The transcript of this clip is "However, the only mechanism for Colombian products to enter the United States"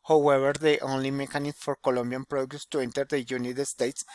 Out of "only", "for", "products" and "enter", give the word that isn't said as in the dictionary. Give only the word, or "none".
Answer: products